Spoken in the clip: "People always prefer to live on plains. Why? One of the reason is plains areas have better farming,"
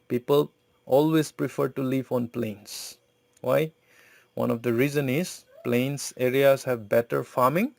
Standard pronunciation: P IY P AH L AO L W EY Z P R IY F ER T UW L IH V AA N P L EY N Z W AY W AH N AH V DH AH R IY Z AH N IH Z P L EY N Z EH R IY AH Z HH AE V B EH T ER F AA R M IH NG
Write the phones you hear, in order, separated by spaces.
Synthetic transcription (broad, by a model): P IY P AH L AO L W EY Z P R IY F ER T UW L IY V AA N P L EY N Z W AY W AH N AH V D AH R IY Z AH N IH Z P L EY N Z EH R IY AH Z HH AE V B EH T ER F AA R M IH NG